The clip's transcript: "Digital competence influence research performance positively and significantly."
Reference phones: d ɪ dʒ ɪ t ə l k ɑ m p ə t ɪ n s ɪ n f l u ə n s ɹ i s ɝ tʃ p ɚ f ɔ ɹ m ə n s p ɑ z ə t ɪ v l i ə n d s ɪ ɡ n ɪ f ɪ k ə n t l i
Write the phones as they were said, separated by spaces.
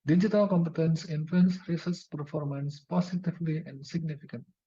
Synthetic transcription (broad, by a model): d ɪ dʒ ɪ t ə l k ɑ m p ə t ɪ n s ɪ n f l u ə n s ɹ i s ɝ s p ɚ f ɔ ɹ m ə n s p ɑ s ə t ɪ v l i ə n d s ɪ ɡ n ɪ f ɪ k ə n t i